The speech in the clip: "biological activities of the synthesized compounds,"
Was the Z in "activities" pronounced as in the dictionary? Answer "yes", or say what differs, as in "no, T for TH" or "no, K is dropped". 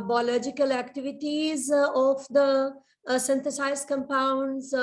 yes